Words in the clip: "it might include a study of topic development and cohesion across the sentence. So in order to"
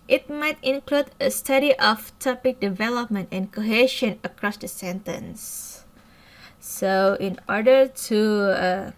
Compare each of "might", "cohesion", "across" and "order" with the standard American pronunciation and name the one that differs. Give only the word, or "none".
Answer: cohesion